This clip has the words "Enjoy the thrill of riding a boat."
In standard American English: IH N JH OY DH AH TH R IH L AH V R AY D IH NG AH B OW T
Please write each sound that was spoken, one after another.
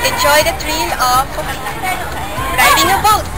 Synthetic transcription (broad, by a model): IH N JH OY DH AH T R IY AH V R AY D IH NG AH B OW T